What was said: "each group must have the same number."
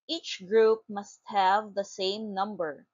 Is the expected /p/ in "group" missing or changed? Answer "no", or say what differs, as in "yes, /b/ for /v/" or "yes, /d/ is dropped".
no